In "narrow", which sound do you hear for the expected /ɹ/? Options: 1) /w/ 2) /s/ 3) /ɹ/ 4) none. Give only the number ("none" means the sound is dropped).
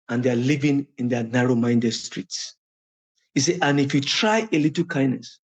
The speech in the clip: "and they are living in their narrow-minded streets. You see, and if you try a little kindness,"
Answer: 3